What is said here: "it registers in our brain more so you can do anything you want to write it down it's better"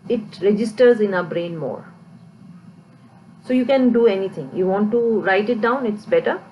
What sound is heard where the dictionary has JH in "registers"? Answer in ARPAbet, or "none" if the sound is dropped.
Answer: JH